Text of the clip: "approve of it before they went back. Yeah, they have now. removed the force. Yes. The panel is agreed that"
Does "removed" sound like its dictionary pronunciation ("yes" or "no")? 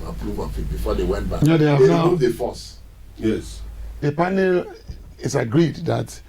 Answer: no